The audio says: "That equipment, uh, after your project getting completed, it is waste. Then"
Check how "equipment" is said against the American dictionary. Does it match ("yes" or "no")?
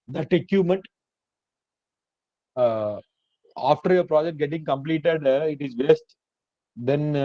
no